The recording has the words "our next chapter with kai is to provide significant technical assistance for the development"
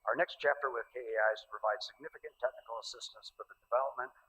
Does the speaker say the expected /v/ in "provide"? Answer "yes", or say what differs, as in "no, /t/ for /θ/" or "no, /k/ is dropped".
yes